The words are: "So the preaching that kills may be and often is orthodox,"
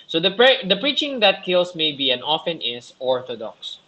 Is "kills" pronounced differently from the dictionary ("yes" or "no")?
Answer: yes